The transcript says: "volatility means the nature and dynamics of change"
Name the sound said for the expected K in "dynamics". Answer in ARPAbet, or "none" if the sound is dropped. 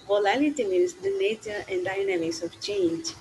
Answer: none